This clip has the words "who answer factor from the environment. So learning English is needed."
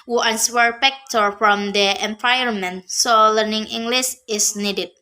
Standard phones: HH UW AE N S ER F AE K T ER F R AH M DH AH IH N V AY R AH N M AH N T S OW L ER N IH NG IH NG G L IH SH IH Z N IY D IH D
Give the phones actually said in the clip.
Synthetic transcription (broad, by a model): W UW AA N S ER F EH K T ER F R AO M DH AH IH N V AY AH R M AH N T S OW L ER N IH NG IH NG G L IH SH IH S N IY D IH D